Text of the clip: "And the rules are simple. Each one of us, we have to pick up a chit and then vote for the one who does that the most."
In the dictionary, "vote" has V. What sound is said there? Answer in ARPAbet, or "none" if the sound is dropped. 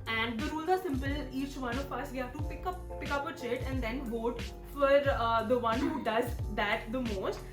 V